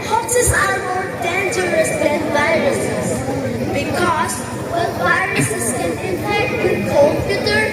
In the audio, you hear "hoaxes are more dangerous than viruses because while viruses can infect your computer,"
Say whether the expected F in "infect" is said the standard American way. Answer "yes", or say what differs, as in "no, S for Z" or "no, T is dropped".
no, F is dropped